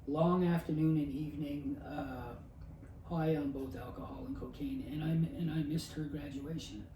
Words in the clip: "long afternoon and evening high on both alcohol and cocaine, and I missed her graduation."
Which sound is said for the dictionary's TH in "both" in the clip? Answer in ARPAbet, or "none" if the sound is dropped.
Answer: TH